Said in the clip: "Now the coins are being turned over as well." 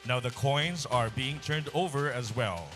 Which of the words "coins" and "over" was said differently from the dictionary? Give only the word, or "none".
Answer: none